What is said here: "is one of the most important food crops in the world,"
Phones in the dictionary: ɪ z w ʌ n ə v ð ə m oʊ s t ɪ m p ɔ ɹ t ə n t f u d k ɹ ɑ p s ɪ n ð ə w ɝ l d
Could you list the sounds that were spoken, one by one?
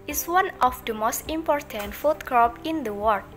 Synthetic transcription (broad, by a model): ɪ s w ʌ n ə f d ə m oʊ s t ɪ m p ɔ ɹ t ə n t f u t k ɹ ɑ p ɪ n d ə w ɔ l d